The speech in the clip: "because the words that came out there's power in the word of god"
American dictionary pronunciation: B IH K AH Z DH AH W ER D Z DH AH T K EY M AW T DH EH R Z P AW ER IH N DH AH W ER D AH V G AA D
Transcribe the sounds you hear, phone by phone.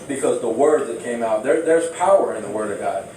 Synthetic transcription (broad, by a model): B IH K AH Z DH AH W ER D DH AH T K EY M AW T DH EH R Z P AW ER IH N DH AH W ER D AH V G AA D